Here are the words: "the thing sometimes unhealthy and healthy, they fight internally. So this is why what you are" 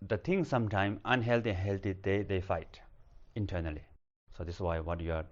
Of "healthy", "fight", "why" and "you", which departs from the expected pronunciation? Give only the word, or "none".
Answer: healthy